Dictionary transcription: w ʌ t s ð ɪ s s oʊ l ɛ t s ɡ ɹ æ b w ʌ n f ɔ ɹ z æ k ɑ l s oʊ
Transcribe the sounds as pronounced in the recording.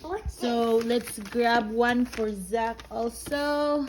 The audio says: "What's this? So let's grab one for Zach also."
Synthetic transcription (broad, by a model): s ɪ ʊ l ɛ t s ɡ ɹ æ b w ʌ n f ɔ ɹ z æ k ɑ l s oʊ